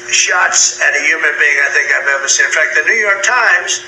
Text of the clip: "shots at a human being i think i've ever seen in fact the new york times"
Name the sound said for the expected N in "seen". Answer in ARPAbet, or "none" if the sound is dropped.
none